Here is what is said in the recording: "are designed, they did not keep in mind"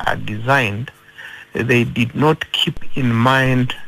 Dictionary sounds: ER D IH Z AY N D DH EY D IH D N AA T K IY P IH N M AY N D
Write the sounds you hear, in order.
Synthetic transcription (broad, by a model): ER D IH Z AY N D DH EY D IH D N AA T K IY P IH N M AY N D